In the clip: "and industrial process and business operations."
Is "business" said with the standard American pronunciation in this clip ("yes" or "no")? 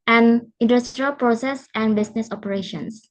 no